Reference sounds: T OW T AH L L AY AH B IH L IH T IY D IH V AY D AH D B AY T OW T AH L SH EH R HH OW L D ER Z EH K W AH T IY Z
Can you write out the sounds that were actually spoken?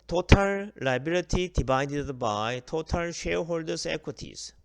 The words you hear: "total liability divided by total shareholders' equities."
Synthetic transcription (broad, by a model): T OW T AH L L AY B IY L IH T IY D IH B AY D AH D B AY T OW T AH L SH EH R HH OW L D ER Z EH K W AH T IY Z